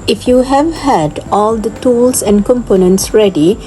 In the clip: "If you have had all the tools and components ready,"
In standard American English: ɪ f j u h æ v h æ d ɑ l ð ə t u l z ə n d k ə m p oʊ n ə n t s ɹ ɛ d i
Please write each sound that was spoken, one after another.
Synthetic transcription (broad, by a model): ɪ f j u h æ v h æ d ɑ l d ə t u l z ə n d k ə m p oʊ n ə n t s ɹ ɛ d i